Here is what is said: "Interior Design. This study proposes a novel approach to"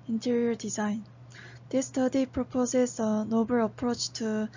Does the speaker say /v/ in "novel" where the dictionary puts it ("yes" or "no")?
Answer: no